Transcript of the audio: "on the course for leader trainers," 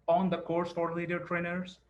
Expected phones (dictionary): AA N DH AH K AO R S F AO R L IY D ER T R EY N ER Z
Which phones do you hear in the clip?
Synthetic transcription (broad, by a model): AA N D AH K AO R S P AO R L IY D ER T R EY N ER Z